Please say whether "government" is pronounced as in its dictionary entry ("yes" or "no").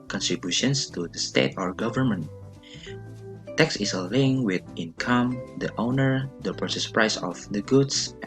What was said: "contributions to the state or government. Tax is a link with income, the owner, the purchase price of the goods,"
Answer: yes